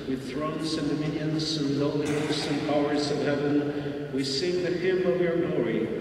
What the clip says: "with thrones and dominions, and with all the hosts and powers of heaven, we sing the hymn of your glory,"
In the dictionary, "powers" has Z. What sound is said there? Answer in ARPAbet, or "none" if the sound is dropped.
Z